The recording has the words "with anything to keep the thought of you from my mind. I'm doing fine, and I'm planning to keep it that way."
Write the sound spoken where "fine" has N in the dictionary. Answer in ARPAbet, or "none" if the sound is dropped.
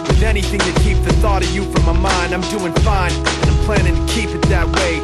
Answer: N